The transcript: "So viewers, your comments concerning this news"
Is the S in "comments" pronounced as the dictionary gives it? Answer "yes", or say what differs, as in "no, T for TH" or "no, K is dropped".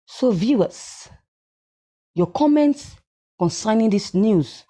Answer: yes